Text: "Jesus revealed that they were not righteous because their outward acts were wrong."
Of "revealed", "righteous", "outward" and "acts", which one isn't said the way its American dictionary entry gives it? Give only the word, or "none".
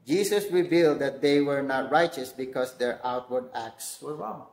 none